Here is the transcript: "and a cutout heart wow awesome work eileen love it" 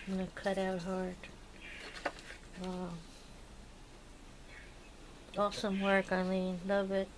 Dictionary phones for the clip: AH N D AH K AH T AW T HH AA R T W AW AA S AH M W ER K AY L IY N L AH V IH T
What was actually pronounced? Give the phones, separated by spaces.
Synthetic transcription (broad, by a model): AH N AH K AH T AW T HH AA R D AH AA S AH M W ER K AY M IY N L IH B IH T